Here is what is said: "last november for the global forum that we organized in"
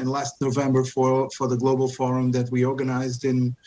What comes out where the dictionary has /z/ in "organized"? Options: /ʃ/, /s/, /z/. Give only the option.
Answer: /z/